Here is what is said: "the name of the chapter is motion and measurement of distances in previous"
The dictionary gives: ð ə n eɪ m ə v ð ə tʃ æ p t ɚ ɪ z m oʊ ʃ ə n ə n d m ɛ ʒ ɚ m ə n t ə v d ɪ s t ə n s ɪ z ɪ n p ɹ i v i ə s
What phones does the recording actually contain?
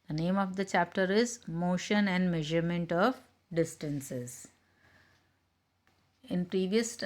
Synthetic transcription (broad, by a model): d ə n eɪ m ə v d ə tʃ æ p t ɚ ɪ z m oʊ ʃ ə n ə n d m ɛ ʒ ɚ m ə n t ə v d ɪ s t ə n s ɪ z ɪ n p ɹ i v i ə s